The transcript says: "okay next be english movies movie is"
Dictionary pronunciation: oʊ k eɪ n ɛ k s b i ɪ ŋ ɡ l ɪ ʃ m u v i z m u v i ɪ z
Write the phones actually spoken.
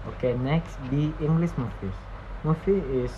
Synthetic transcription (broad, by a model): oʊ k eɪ n ɛ k s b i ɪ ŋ ɡ l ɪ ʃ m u f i s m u f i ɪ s